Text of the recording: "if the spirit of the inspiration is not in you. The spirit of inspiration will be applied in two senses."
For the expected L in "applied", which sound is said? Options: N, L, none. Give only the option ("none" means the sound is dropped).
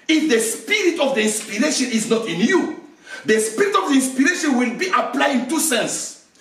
L